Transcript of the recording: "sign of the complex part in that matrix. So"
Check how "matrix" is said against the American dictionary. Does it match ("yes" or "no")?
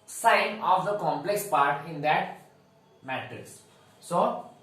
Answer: no